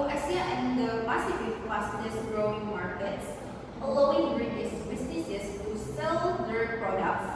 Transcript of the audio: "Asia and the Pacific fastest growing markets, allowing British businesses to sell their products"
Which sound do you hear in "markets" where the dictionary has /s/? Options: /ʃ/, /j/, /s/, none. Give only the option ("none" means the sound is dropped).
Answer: /s/